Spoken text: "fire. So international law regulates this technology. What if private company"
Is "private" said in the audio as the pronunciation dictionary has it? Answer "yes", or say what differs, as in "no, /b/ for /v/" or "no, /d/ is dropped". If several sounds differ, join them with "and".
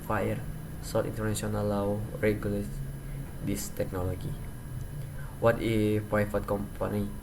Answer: no, /f/ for /v/